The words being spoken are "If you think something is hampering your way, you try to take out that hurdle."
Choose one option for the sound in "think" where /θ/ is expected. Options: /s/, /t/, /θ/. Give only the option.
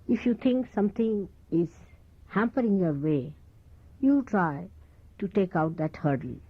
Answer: /t/